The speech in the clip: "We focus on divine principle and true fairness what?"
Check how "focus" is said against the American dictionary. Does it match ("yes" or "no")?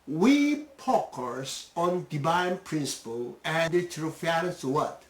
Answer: no